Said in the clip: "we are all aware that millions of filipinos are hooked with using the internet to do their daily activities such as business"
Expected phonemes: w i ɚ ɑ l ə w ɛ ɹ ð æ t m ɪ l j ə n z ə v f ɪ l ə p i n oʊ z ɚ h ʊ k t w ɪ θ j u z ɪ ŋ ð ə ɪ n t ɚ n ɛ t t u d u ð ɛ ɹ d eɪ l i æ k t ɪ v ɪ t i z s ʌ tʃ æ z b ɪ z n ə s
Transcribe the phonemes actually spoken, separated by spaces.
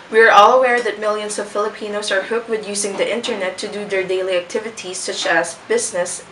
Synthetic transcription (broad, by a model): w i ɚ ɑ l ə w ɛ ɹ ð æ t m ɪ l j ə n s ə v f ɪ l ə p i n oʊ s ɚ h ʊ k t w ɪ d j u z ɪ ŋ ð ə ɪ n t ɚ n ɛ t t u d u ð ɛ ɹ d eɪ l i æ k t ɪ v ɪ t i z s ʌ tʃ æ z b ɪ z n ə s